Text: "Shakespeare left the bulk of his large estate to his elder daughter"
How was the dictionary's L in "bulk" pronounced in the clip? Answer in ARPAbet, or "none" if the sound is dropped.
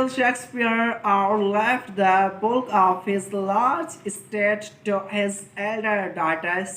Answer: none